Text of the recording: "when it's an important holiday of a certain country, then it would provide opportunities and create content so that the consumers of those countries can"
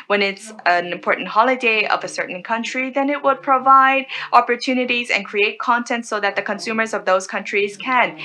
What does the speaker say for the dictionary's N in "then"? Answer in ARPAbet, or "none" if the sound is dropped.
N